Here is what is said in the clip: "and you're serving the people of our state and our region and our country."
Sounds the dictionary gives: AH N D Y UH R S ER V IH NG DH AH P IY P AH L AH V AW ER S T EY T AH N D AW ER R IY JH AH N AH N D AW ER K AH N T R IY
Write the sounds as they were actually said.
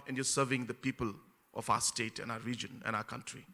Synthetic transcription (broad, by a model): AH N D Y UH S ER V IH NG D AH P IY P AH L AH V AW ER S T EY T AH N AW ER R IY JH AH N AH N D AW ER K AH N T R IY